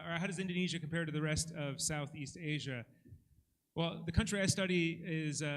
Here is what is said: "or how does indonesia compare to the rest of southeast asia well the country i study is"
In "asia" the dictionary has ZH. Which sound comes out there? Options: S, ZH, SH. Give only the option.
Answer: ZH